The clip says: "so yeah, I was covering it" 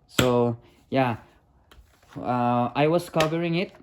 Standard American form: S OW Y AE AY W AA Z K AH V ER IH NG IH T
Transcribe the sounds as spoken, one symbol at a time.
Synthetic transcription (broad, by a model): S OW Y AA AY W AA S K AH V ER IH NG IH T